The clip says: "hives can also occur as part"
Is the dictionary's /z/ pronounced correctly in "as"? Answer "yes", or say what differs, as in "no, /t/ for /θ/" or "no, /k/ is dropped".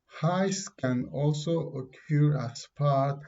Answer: no, /s/ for /z/